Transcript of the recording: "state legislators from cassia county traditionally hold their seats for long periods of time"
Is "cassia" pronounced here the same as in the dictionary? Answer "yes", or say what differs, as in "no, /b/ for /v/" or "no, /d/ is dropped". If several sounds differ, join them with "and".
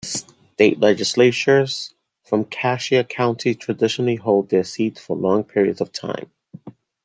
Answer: yes